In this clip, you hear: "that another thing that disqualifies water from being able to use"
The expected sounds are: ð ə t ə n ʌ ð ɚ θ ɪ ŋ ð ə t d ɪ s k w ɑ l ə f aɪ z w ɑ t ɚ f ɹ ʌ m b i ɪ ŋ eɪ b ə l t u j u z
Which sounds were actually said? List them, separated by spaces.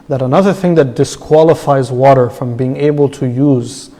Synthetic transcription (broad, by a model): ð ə t ə n ʌ ð ɚ θ ɪ ŋ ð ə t d ɪ s k w ɑ l ə f aɪ z w ɑ t ɚ f ɹ ʌ m b i ɪ ŋ eɪ b ə l t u j u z